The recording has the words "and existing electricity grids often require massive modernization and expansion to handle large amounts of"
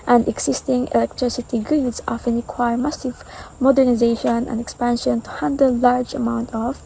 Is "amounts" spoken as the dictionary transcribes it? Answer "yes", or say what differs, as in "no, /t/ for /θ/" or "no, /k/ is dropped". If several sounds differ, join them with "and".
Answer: no, /s/ is dropped